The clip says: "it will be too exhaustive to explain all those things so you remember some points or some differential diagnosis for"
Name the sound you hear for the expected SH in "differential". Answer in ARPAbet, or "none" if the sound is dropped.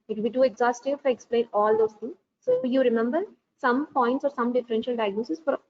SH